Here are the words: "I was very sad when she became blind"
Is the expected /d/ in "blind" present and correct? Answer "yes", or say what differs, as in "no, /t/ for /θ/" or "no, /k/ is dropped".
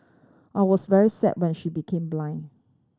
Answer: no, /d/ is dropped